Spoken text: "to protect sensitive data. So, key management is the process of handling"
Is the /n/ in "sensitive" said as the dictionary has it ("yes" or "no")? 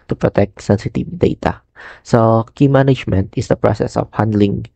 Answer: yes